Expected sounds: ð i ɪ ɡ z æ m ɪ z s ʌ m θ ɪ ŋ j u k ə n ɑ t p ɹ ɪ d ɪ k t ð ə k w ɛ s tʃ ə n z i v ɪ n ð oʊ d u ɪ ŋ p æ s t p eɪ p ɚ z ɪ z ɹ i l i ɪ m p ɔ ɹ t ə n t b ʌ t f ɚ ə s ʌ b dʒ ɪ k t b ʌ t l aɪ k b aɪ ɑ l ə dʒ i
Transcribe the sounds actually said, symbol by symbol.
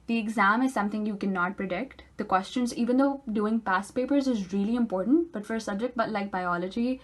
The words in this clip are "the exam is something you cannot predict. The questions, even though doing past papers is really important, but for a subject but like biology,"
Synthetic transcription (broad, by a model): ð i ɪ ɡ z æ m ɪ z s ʌ m t ɪ ŋ j u k ə n ɑ t p ɹ ɪ d ɪ k t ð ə k w ɛ s tʃ ə n z i v ɪ n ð oʊ d u ɪ ŋ p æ s p eɪ p ɚ z ɪ z ɹ i l i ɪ m p ɔ ɹ t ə n t b ʌ t f ɚ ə s ʌ b dʒ ɪ k t b ʌ t l aɪ k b aɪ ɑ l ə dʒ i